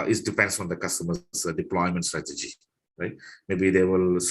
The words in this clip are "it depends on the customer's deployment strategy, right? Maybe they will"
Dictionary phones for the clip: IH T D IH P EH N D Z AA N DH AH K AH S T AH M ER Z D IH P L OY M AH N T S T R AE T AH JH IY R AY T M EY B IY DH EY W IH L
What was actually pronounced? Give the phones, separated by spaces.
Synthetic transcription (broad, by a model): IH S D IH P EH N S AA N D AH K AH S T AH M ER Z D IH P L OY M AH N T S T R AE T AH JH IY R AY T M EY B IY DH EY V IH L